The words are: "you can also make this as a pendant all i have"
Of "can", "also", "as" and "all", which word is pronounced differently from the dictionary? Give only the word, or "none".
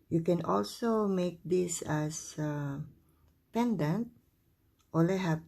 as